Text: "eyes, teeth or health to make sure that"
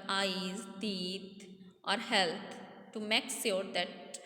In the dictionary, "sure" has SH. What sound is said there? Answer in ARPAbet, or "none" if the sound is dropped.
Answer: S